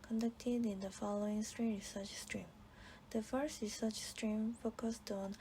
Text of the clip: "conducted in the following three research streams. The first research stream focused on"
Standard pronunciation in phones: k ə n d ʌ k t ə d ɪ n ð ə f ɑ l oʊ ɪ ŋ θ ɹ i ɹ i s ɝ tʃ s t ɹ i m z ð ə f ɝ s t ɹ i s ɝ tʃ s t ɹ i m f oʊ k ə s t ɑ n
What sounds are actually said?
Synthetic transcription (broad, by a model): k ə n d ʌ k t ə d ɪ n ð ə f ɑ l oʊ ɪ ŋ t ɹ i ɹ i s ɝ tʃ s t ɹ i m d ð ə f ɝ s t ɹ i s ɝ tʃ s t ɹ i m f oʊ k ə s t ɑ n